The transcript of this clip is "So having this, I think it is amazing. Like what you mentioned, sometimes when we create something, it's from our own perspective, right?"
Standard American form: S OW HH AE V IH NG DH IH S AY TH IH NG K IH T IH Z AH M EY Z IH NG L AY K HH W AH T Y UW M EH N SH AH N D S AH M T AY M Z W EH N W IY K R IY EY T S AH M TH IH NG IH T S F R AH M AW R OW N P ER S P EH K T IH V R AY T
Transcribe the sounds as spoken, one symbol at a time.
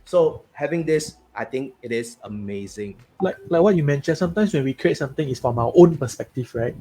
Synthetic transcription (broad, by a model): S OW HH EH V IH NG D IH S AY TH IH NG K IH T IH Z AH M EY Z IH NG L AY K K W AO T Y UW M EH N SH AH N S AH M T AY M S W EH N W IY K R IY EY T S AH M T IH NG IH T S F R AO M AW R OW N P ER S P EH K T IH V R AY T